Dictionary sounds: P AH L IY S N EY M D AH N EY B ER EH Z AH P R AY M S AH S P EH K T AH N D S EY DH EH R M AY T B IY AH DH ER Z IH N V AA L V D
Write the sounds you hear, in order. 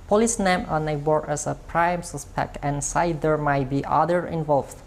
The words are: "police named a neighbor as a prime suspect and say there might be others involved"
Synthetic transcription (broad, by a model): P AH L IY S N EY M AH N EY B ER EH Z AH P R AY M S AH S P EH K T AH N S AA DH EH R M AY T B IY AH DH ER IH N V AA L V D